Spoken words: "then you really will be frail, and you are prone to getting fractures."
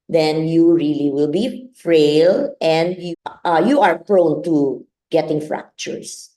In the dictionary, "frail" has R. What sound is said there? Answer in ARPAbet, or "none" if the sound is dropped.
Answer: R